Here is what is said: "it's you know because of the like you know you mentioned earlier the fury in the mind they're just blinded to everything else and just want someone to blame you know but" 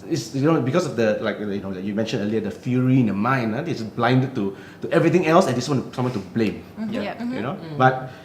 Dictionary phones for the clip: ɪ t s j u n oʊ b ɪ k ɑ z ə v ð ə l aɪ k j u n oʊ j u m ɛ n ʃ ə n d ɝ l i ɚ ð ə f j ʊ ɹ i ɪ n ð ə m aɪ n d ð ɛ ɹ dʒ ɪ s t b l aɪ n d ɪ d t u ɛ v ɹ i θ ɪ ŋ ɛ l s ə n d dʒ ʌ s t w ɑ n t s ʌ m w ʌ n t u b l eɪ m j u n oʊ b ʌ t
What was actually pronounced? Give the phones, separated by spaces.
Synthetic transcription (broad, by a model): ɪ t s j u n oʊ b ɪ k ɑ s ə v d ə l aɪ k j u n oʊ j u m ɛ n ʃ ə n ɝ l i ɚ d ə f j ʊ ɹ i ɪ n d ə m aɪ n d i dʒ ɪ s b l aɪ n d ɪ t t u ɛ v ɹ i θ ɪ ŋ ɛ l s ə n d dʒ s w ɑ n t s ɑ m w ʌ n t u b l eɪ m j u n oʊ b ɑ t